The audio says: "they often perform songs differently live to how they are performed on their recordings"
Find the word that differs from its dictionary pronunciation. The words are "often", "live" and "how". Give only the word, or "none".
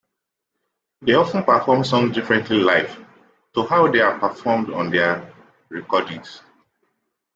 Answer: live